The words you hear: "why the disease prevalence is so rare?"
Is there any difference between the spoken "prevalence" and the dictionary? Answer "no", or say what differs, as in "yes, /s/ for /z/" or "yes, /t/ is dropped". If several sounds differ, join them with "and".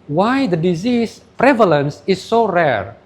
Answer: no